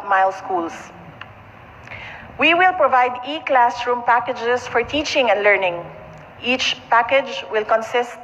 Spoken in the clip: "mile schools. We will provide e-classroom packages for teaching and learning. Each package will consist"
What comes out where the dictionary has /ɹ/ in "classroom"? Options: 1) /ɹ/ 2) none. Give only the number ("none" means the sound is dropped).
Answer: 1